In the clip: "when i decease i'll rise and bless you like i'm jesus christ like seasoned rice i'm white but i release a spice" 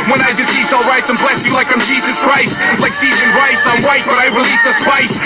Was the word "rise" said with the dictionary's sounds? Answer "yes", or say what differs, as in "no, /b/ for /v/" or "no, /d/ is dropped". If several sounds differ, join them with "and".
no, /s/ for /z/